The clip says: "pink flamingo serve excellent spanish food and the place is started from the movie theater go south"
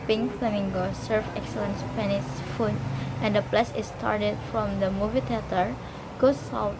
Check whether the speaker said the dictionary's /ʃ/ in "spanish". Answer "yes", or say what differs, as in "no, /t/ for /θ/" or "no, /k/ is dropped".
no, /s/ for /ʃ/